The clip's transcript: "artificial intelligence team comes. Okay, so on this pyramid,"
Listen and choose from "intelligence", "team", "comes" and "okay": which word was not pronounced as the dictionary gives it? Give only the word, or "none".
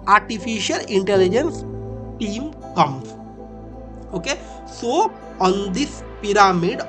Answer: comes